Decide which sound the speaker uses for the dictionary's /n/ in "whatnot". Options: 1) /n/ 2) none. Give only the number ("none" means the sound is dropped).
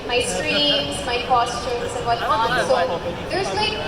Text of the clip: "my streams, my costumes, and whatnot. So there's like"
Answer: 2